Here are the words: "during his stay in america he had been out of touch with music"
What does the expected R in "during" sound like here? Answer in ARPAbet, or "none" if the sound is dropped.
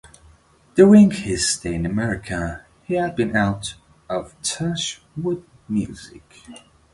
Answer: none